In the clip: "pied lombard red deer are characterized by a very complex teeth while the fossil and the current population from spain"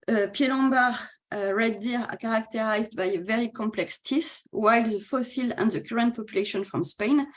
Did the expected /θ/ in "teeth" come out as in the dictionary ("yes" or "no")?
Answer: no